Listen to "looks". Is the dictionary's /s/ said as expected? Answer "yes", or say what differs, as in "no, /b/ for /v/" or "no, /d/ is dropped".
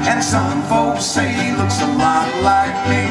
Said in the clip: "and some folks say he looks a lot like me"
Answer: yes